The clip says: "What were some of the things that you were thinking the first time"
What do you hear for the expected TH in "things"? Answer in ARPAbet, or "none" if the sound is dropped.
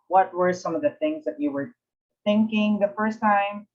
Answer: TH